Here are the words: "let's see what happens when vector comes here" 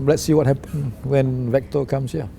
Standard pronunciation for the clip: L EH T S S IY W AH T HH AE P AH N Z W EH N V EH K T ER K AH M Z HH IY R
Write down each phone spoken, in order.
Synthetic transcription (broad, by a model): L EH T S S IY W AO T HH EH P AH N W EH N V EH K T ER K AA M S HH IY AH